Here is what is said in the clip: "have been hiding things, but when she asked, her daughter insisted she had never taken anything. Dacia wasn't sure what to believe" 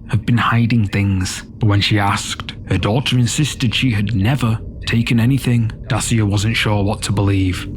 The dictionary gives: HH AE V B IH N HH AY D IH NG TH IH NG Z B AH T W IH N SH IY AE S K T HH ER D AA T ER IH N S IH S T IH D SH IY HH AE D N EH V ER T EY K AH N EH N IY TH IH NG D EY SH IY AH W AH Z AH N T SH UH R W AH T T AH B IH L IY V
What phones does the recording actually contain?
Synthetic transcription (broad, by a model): HH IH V B IH N HH AY D IH NG TH IH NG Z B AH T W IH N SH IY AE S K T HH ER D AA T ER IH N S IH S T IH D SH IY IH D N EH V ER T EY K AH N EH N IY TH IH NG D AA S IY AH W AH Z AH N T SH UH R W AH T T AH B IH L IY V